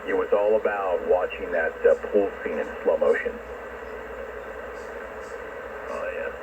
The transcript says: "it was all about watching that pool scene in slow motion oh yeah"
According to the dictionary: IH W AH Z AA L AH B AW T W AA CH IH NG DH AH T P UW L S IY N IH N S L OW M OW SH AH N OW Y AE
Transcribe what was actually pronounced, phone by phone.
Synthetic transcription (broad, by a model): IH W AH Z AA L AH B AW T W AA CH IH NG DH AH T P UW L S IY N IH N S L OW M OW SH AH N OW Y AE